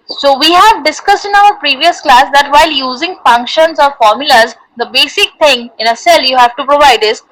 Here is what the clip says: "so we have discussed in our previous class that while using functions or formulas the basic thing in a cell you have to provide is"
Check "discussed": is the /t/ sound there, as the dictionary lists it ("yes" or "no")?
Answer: yes